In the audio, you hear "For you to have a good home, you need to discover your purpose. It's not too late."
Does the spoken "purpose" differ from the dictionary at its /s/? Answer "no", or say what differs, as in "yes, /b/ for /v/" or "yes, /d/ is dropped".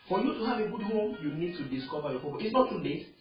yes, /s/ is dropped